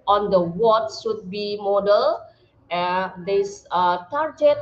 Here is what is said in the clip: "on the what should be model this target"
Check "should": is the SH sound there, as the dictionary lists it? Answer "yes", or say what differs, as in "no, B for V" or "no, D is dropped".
no, S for SH